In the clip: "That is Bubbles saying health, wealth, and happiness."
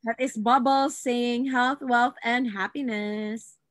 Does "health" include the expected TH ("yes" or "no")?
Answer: yes